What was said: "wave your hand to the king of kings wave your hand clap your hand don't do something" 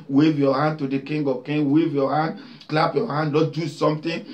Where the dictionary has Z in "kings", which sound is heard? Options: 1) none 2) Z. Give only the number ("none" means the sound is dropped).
1